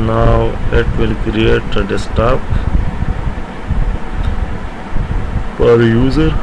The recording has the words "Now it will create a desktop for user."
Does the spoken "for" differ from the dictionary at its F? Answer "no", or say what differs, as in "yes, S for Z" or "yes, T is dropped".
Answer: yes, P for F